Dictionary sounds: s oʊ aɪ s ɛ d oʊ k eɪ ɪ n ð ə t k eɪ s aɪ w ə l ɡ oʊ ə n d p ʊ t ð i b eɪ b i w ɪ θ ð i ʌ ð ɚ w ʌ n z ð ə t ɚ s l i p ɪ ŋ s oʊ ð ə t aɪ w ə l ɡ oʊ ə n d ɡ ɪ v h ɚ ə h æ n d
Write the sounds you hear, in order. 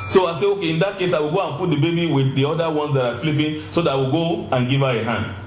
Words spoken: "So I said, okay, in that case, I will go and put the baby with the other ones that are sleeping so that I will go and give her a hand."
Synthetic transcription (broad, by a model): s oʊ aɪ s ɛ oʊ k eɪ ɪ n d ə t k eɪ s aɪ w ə l ɡ oʊ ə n p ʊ t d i b eɪ b i w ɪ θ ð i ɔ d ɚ w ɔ n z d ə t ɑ s l i p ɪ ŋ s oʊ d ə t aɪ w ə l ɡ oʊ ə n ɡ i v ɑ ə h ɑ n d